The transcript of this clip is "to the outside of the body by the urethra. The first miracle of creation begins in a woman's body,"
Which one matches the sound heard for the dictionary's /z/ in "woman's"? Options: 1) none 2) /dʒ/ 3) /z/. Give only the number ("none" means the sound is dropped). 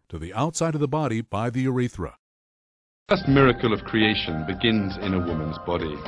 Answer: 3